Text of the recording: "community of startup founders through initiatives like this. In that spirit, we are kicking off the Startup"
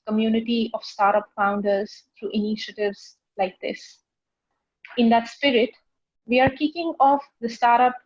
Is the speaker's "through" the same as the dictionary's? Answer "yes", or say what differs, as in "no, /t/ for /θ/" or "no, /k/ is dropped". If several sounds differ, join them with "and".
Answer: no, /t/ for /θ/